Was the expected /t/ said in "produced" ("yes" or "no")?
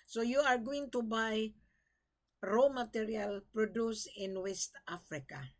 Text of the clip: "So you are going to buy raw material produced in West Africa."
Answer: no